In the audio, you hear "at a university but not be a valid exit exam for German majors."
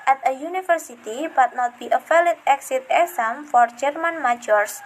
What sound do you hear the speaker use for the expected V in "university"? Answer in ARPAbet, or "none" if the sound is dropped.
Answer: F